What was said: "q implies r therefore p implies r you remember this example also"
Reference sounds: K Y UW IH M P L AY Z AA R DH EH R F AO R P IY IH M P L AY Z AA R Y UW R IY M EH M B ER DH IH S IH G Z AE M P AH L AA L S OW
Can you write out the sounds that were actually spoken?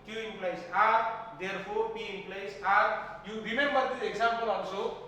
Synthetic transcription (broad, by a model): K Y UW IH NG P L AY S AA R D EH R P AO R P IY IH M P L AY S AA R Y UW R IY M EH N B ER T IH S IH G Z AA M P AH L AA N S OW